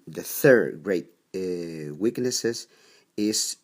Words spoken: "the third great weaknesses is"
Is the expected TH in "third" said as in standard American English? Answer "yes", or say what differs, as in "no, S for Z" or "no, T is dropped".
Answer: yes